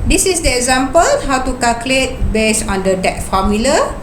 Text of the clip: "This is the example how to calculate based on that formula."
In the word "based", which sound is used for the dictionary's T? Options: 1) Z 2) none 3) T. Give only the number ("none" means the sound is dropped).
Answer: 2